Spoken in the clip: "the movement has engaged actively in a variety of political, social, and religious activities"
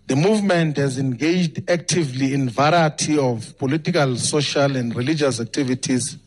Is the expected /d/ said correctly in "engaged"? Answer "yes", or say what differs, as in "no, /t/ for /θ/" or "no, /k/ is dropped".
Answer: yes